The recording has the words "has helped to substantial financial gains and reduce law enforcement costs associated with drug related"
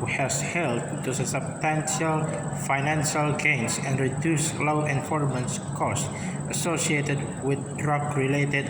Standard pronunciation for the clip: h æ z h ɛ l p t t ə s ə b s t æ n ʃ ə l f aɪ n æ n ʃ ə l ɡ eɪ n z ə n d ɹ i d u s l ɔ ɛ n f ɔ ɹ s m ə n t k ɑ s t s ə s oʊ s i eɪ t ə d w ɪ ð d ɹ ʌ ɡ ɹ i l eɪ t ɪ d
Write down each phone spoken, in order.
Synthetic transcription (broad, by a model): h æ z h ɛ l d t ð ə s ə b s t æ n ʃ ə l f aɪ n æ n ʃ ə l ɡ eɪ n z ə n d ɹ i d u s l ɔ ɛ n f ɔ ɹ m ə n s k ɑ s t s ə s oʊ s i eɪ t ə d w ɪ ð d ɹ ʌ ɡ ɹ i l eɪ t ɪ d